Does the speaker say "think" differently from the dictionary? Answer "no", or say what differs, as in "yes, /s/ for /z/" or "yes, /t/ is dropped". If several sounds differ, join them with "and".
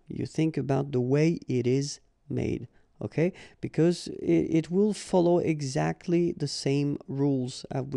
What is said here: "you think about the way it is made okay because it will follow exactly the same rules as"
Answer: no